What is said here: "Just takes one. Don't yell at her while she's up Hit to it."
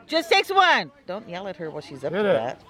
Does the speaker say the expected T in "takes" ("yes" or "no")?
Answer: no